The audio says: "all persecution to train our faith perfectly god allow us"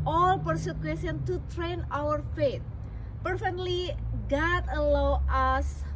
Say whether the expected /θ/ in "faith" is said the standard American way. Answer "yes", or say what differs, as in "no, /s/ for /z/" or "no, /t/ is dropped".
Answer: no, /t/ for /θ/